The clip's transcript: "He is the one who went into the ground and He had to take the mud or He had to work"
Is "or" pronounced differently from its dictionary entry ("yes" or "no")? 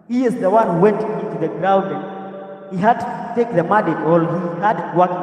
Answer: yes